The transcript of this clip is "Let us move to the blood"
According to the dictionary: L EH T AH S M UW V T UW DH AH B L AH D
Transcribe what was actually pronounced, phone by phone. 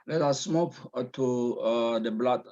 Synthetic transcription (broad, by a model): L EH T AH S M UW P T UW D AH B L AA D